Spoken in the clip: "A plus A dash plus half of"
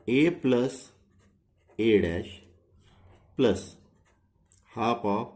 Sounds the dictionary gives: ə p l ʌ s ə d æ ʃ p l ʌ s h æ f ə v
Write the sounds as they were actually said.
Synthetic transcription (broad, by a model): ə p l ʌ s ə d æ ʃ p l ʌ s h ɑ p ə